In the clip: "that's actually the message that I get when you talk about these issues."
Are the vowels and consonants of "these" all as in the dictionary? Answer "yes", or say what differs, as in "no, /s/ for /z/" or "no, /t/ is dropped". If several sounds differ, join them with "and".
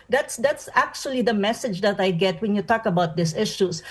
no, /s/ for /z/